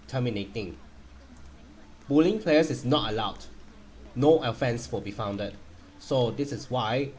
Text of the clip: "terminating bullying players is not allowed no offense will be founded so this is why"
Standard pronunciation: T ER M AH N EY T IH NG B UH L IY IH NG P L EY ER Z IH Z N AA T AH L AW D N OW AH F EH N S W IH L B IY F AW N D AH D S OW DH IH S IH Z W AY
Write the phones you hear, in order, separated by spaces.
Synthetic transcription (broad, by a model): T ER M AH N EY T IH NG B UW L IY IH NG P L EY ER S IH S N AA T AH L AW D N OW AH F EH N S W IH L B IY F AW N D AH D S OW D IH S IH S W AY